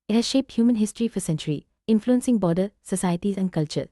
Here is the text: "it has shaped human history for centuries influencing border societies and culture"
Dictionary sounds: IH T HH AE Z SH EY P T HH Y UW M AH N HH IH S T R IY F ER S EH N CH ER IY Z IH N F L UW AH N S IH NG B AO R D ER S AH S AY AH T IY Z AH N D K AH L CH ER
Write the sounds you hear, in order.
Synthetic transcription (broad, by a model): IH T HH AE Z SH EY P T HH Y UW M AH N HH IH S T R IY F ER S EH N CH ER IY IH N F L UW AH N S IH NG B AO D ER S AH S AY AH T IY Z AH N K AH L CH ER